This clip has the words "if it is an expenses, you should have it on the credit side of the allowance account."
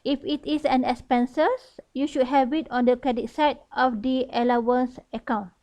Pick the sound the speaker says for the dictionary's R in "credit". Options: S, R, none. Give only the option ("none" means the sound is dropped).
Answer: none